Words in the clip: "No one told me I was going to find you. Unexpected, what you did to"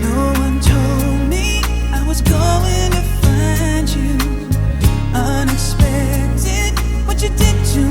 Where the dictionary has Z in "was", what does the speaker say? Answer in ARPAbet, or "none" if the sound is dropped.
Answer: Z